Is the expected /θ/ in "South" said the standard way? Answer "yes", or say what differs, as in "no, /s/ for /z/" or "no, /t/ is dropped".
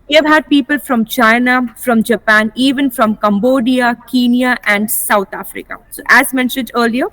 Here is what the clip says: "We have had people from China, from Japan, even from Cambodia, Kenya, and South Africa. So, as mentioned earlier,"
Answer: no, /t/ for /θ/